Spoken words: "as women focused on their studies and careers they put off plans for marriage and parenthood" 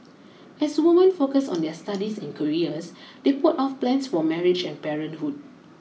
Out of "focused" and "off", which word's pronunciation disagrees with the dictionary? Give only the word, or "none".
focused